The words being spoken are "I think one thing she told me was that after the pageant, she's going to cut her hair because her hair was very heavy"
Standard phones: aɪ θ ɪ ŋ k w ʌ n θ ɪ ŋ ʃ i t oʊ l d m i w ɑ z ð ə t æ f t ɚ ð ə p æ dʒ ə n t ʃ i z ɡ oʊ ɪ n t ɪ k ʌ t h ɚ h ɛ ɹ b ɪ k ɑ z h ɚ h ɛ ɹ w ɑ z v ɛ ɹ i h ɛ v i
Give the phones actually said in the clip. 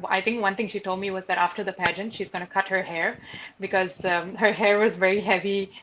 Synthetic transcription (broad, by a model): aɪ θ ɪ ŋ k w ʌ n t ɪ ŋ ʃ i t oʊ l d m i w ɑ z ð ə t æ f t ɚ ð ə p æ dʒ ə n t ʃ i z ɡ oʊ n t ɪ k ʌ t h ɚ h ɛ ɹ b ɪ k ɑ z h ɚ h ɛ ɹ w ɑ z v ɛ ɹ i h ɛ v i